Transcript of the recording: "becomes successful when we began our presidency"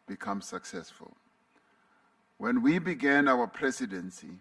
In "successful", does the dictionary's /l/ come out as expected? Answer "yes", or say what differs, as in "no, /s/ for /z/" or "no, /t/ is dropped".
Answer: yes